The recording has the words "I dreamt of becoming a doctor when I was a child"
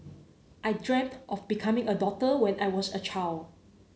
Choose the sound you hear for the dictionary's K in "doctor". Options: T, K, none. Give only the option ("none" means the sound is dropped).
none